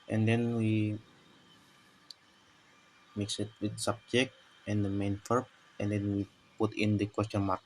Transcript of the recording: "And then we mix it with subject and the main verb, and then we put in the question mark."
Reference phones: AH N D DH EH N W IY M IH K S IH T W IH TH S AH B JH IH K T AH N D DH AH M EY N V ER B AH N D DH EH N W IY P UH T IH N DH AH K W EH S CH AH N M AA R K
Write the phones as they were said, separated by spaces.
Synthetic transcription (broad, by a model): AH N D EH N W IY M IH K S IH T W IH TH S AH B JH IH K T AH N D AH M EY N F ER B AH N D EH N W IY P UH T IH N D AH K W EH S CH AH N M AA R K